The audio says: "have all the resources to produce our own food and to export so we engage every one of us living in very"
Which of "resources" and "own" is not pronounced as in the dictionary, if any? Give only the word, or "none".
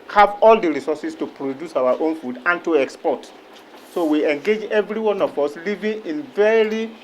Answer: resources